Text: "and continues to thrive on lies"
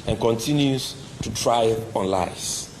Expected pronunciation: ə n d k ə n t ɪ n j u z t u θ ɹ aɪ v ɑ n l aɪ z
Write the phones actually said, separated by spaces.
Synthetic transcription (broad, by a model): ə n k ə n t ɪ n j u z t u t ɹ aɪ ɑ n l aɪ